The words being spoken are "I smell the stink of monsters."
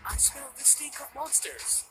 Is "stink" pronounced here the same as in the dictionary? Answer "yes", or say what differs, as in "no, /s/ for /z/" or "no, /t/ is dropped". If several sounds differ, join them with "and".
no, /ŋ/ is dropped